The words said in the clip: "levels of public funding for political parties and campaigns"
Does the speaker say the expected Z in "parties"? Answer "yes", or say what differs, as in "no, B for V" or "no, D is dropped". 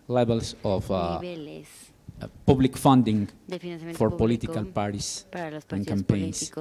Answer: no, S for Z